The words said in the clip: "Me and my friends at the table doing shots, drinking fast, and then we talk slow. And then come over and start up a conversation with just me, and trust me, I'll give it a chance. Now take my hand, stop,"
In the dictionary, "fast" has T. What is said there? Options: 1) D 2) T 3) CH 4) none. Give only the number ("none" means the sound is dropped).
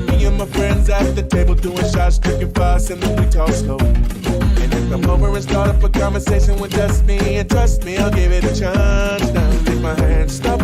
4